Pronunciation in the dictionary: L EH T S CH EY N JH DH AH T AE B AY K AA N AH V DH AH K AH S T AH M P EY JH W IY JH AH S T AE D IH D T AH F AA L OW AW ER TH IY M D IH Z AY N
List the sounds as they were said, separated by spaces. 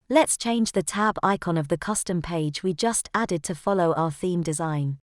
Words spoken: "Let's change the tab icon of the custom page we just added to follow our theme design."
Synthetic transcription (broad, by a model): L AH T S CH EY N JH DH AH T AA B AY K AA N AH V DH AH K AH S T AH M P EY JH W IY JH AH S T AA D IH D T AH F AA L OW AW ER TH IY M D IH Z AY N